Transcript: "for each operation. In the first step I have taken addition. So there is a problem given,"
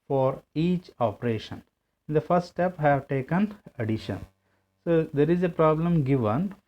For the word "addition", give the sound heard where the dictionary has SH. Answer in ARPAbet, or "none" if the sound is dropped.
SH